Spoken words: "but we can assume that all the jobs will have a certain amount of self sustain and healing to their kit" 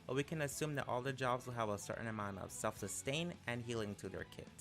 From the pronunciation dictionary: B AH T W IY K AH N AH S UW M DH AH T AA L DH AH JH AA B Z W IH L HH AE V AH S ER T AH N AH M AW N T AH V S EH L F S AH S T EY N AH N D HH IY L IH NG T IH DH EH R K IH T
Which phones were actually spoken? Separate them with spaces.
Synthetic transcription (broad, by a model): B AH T W IY K AH N AH S UW M DH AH T AA L DH AH JH AA B Z W IH L HH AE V AH S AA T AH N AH M AW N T AH V S EH L F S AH S T EY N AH N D HH IY L IH NG T IH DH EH R K IH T